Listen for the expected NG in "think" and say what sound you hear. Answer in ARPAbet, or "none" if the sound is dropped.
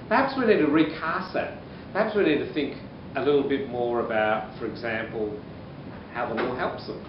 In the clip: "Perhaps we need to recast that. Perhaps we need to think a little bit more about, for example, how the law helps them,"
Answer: NG